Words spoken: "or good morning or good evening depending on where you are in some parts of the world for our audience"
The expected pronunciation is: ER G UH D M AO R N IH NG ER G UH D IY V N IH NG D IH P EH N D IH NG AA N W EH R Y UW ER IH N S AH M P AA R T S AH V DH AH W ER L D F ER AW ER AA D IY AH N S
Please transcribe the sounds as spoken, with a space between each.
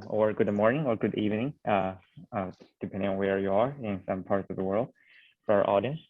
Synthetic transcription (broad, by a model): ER G UH D M AO R N IH NG ER G UH D IY V N IH NG D IH P EH N D IH NG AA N W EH R Y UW ER IH N S AH M P AA R T S AH V DH AH W ER L D F ER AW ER AA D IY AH N S